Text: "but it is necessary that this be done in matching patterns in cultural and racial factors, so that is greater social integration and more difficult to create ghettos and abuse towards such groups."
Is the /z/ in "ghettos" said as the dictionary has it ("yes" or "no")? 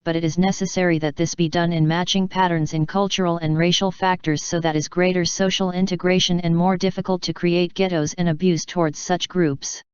yes